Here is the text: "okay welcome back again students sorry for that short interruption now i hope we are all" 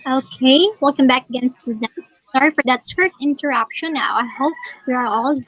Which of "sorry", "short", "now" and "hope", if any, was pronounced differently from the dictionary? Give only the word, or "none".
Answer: short